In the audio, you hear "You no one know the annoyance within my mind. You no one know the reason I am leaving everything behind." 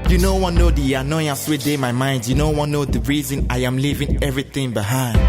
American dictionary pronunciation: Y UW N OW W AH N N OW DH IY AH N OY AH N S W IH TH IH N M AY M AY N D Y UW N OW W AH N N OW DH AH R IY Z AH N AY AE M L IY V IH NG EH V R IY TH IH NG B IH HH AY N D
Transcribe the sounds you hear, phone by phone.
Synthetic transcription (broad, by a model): Y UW N OW W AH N N OW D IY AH N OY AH N S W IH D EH M AY M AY N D Y UW N OW W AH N N OW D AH R IY Z AH N AY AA M L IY V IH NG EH V R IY T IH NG B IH HH AY N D